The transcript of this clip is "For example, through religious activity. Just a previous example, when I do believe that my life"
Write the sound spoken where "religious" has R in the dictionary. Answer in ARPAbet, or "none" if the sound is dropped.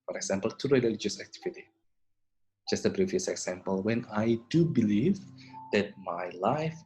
L